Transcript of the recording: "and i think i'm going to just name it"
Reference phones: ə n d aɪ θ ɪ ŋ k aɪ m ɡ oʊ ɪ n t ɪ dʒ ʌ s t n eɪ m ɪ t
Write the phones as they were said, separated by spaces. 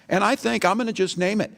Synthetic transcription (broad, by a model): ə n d aɪ θ ɪ ŋ k aɪ m ɡ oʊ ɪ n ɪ dʒ ʌ s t n eɪ m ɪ t